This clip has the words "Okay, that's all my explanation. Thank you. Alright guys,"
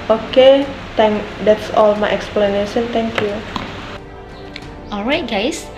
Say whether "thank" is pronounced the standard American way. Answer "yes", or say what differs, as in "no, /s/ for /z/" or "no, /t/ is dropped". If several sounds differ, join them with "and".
no, /t/ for /θ/